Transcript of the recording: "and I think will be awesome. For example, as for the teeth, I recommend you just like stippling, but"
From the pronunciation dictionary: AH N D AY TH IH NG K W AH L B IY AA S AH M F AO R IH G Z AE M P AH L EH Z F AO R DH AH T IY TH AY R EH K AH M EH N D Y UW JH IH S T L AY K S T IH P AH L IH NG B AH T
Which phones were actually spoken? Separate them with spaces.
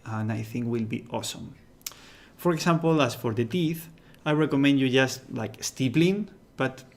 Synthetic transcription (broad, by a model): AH N AY TH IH NG K W AH L B IY AA S AH M F AO R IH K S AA M P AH L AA S F AO R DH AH T IY TH AY R EH K AH M EH N D Y UW JH IH S T L AY K S T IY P L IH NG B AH T